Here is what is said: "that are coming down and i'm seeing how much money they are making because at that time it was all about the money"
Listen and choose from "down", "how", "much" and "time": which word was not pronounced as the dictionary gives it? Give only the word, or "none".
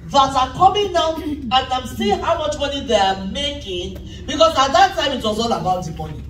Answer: down